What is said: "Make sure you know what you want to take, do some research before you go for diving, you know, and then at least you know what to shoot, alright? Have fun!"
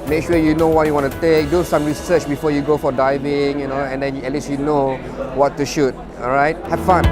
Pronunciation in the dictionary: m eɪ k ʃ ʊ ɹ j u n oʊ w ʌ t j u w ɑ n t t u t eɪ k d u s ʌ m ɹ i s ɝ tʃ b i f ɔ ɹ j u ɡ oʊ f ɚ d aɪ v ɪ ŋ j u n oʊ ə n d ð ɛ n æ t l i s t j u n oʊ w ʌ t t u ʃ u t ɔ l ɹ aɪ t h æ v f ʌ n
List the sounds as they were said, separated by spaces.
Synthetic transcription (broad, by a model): m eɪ k ʃ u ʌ j u n oʊ w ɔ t j u w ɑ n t t u t eɪ k d u s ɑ m ɹ i s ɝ tʃ b i f ɔ j u ɡ oʊ f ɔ d aɪ v ɪ ŋ j u n oʊ ə n d ɛ n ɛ t l i s j u n oʊ w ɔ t t u ʃ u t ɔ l ɹ aɪ t h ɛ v f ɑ n